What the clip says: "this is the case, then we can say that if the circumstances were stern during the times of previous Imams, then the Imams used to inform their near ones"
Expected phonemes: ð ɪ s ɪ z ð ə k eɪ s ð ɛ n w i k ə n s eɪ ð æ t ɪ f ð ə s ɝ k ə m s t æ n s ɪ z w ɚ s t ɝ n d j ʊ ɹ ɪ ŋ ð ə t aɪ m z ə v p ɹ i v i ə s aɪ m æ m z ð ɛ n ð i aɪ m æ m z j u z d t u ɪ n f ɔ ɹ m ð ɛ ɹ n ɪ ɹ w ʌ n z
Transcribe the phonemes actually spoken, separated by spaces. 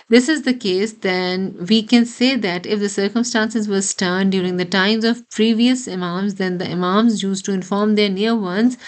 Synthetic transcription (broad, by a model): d ɪ s ɪ z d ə k eɪ s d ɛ n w i k ə n s eɪ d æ t ɪ f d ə s ɝ k ə m s t æ n s ɪ z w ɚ s t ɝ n d j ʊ ɹ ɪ ŋ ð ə t aɪ m z ə v p ɹ i v i ə s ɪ m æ m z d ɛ n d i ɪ m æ m z j u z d t u ɪ n f ɔ ɹ m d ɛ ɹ n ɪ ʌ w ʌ n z